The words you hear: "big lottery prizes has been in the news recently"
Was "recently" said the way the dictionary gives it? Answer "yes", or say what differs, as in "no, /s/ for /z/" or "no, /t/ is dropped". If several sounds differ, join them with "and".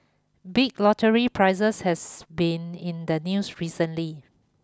yes